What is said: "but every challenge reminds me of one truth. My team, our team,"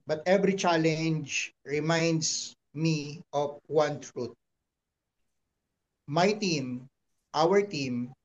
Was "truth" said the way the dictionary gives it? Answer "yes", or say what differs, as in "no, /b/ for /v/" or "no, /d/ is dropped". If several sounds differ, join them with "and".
no, /t/ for /θ/